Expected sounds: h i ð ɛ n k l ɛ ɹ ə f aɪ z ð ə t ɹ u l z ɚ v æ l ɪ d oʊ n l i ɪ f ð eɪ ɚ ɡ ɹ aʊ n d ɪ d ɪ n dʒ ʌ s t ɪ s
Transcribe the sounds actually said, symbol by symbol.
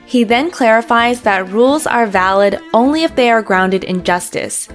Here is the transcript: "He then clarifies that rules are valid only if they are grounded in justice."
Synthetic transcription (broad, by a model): h i ð ɛ n k l ɛ ɹ ə f aɪ z ð ə t ɹ u l z ɚ v æ l ɪ d oʊ n l i ɪ f ð eɪ ɚ ɡ ɹ aʊ n d ɪ d ɪ n dʒ ʌ s t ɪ s